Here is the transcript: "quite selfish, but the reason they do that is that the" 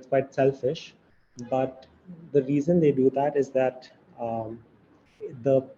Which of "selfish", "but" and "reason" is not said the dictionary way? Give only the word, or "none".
none